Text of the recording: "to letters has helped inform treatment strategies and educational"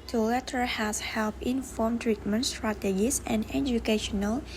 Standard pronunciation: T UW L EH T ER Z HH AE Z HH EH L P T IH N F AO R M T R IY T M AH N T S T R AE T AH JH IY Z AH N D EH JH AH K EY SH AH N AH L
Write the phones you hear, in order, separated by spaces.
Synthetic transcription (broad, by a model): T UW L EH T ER HH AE S HH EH L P IH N F AO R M T R IY T M AH N T S T R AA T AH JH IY S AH N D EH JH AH K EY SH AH N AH L